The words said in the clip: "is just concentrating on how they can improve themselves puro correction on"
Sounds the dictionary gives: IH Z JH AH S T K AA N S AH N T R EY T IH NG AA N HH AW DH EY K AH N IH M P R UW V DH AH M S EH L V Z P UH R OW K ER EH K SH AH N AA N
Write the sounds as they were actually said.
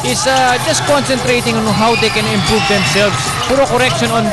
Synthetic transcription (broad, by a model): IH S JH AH S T K AA N S AH N T R EY T IH NG AA N HH AW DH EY K AH N IH M P R UW V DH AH M S EH L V S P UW R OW K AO EH K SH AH N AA N